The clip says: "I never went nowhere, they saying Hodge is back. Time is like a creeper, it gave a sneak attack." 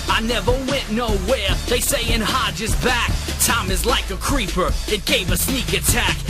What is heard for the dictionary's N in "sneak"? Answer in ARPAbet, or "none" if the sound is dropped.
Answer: N